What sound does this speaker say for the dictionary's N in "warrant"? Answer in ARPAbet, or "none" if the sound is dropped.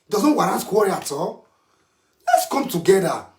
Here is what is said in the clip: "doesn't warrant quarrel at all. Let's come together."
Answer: none